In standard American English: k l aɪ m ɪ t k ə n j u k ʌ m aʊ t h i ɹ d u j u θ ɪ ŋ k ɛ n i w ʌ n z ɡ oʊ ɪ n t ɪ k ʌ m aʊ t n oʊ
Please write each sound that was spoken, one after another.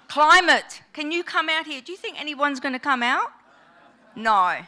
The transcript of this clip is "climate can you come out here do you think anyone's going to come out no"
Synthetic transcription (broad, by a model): k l aɪ m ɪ t k ə n j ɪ k ʌ m aʊ t h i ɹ d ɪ j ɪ θ ɪ ŋ k ɛ n i w ʌ n z ɡ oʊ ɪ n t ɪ k ʌ m aʊ t n oʊ